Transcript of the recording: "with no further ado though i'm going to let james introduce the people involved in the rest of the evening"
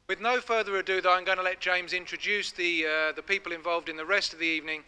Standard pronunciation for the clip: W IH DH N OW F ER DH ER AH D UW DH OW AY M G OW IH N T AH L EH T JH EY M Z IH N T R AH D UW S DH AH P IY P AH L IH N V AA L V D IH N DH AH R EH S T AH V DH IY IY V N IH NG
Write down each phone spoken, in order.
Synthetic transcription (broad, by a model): W IH DH N OW F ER DH ER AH D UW DH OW AY M G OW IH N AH L EH T JH EY M Z IH N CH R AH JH UW S DH AH P IY P AH L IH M V AA L V D IH N DH AH R EH S T AH V DH IY IY V N IH NG